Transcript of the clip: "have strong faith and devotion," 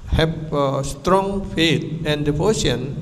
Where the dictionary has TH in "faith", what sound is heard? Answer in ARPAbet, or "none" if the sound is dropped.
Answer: T